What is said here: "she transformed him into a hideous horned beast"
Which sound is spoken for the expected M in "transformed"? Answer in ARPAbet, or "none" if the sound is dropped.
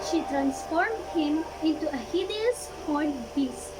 M